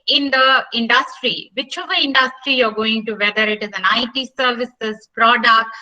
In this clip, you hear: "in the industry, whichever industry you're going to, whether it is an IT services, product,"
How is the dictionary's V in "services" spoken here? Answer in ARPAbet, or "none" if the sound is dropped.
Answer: V